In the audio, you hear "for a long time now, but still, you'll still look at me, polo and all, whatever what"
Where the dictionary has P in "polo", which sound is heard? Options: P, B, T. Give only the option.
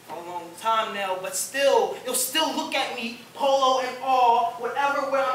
P